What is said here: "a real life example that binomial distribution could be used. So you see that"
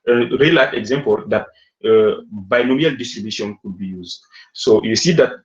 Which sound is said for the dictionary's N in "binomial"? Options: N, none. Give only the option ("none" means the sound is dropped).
N